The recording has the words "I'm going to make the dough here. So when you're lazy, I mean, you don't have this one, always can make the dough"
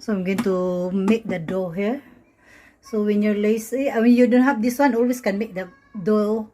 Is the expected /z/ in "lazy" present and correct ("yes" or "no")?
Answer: no